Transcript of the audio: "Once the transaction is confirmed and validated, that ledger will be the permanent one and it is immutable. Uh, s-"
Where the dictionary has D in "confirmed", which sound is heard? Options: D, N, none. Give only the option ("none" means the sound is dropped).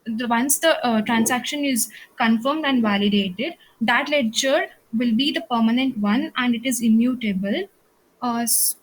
D